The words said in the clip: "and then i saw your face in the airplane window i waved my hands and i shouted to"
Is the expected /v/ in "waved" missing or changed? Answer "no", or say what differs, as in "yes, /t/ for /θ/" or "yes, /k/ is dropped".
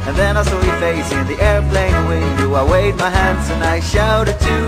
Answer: yes, /v/ is dropped